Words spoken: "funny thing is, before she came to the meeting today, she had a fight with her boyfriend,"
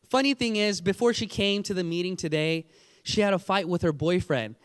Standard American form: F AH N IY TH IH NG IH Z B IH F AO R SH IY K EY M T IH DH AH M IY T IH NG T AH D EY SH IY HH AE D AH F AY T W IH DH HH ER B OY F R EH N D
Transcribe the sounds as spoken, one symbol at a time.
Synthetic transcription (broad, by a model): F AH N IY TH IH NG IH Z B IH F AO R SH IY K EY M T IH DH AH M IY T IH NG T AH D EY SH IY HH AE D AH F AY T W IH DH ER B OY F R EH N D